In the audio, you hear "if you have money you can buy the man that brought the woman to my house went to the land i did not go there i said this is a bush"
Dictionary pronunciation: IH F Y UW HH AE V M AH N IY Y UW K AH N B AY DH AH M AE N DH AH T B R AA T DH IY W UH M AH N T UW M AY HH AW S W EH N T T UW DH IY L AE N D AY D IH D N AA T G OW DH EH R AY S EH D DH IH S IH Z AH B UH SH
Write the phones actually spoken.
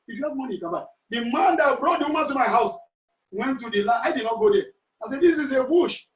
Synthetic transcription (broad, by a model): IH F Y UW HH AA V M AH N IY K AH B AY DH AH M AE N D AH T B R AA T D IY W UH M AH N T UW M AY HH AW S W EH N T T UW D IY L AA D AY D IH D N AA T G OW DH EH AY S EH D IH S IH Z AH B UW SH